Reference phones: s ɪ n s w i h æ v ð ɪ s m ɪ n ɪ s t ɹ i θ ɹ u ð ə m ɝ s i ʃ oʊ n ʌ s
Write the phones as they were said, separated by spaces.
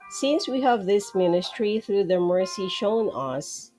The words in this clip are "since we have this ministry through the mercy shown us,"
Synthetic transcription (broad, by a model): s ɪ n s w i h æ v ð ɪ s m ɪ n ɪ s t ɹ i θ ɹ u ð ə m ɝ s i ʃ oʊ n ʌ s